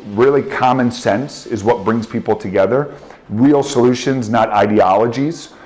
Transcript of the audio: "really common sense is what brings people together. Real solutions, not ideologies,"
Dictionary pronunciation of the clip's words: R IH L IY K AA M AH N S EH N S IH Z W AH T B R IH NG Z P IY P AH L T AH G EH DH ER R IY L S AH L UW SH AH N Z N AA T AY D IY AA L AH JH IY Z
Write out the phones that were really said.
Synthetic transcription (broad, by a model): R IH L IY K AA M AH N S EH N S IH Z W AH T B R IH NG Z P IY P L T AH G EH DH ER R IY L S AH L UW SH AH N Z N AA T AY D IY AA L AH JH IY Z